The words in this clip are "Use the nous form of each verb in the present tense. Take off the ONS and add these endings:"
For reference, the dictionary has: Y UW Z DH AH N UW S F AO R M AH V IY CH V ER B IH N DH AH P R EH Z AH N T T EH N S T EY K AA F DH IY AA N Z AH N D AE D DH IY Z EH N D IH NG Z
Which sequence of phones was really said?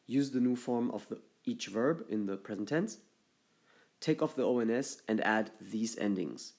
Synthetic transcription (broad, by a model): Y UW Z DH AH N UW F AO R M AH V IY CH V ER B IH N DH AH P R EH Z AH N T T EH N S T EY K AA F DH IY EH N S AH N D AE D DH IY Z EH N D IH NG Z